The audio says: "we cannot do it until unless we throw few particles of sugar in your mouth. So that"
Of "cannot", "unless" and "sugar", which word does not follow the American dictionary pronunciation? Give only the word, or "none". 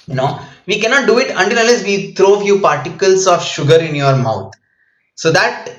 unless